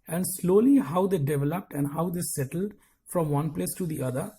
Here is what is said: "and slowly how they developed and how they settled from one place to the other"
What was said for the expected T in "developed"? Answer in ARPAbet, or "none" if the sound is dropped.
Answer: T